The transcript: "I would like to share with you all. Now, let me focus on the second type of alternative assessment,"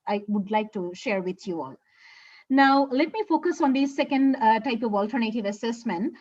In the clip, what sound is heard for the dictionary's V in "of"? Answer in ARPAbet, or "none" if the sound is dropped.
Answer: V